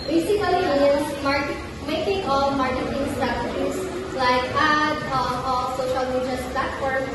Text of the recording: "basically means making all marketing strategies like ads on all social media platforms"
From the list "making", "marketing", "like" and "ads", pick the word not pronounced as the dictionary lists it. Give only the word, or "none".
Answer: ads